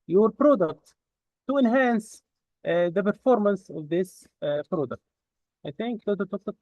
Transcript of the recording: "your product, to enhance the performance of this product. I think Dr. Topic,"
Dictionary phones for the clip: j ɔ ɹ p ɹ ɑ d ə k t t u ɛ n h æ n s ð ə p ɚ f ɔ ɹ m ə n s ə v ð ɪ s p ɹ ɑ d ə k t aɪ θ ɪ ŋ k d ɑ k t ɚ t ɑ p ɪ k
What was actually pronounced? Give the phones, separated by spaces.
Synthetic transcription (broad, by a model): j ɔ ɹ p ɹ ɑ d ə k t t u ɛ n h æ n s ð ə p ɚ f ɔ ɹ m ə n s ə v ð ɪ s p ɹ ɑ d ə k t aɪ θ ɪ ŋ k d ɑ t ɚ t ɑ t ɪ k